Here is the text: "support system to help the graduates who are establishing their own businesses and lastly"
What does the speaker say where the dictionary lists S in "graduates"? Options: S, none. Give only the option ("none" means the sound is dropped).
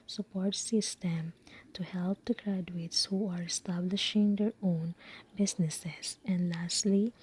S